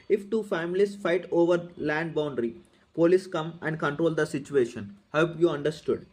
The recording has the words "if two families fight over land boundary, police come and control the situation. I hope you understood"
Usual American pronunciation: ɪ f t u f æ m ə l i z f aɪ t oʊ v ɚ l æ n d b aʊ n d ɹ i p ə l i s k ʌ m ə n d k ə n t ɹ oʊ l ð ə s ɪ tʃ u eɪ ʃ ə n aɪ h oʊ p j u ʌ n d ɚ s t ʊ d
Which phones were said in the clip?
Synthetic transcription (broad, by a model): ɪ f t u f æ m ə l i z f aɪ t oʊ v ɚ l æ n d b aʊ n d ɹ i p ə l i s k ʌ m ə n d k ə n t ɹ oʊ l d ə s ɪ tʃ u eɪ ʃ ə n h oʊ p j u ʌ n d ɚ s t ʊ d